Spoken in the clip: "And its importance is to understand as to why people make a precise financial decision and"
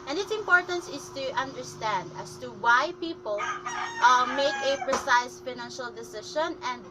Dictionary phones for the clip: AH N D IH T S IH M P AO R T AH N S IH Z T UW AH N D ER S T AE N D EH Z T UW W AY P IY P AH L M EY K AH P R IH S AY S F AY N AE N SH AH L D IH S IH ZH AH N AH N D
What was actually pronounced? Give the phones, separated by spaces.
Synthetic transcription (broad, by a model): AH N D IH T S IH M P AO R T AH N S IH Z T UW AH N D ER S T AE N D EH S T UW W AY P IY P AH L M EY K AH P R IH S AY S F AY N AE N SH AH L D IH S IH SH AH N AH N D